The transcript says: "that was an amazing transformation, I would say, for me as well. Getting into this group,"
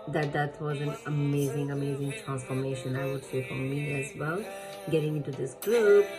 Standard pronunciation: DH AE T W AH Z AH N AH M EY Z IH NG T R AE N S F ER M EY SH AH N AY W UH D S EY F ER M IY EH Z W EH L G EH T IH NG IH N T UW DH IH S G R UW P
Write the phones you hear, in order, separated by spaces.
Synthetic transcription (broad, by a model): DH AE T W AH Z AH N AH M EY Z IH NG T R AE N S F ER M EY SH AH N AY W UH D S EY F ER M IY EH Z W EH L G EH T IH NG IH N T UW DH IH S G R UW P